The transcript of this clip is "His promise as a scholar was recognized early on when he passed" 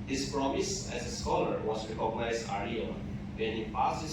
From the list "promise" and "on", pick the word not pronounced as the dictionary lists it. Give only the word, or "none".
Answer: on